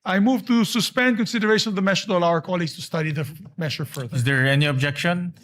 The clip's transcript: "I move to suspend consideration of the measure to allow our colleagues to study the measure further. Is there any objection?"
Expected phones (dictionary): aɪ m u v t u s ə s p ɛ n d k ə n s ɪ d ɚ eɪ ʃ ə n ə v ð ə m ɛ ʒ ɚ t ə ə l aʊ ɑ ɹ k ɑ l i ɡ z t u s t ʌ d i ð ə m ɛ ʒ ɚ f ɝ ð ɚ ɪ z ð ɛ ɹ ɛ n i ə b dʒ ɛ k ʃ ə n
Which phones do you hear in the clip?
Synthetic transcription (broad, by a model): aɪ m u v t u s ə s p ɛ n d k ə n s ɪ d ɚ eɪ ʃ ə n ə v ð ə m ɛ ʃ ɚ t ə l aʊ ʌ ɹ k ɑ l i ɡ s t u s t ʌ d i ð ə m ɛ ʃ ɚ f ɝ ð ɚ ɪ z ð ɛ ɹ ɛ n i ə b dʒ ɛ k ʃ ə n